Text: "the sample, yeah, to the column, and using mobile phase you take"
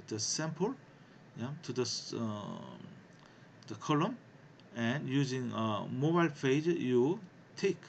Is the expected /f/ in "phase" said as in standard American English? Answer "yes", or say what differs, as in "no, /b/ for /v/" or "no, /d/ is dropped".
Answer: no, /p/ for /f/